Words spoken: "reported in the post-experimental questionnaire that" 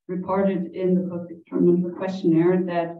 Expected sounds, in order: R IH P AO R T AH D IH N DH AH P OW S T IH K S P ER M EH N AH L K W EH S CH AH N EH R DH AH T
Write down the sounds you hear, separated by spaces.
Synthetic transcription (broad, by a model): R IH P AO R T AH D IH N DH AH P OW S IH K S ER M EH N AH K W EH S CH AH N EH R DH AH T